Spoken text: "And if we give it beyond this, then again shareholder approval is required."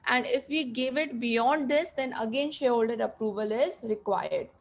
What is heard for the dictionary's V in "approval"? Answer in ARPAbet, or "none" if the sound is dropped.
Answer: V